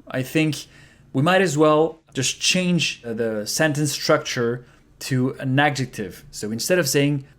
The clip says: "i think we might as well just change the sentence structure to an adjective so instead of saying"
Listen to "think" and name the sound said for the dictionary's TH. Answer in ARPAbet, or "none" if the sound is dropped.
TH